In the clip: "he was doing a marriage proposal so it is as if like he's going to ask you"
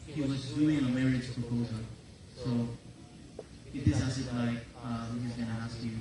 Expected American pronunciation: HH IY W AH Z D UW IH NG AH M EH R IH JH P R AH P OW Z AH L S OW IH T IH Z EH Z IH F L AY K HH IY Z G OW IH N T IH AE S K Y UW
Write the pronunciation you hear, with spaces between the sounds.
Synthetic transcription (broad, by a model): HH IY W AH Z D UW IH NG AH M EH R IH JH P R AH P OW Z AH L S OW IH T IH S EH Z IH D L AY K HH IY Z G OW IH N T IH AE S K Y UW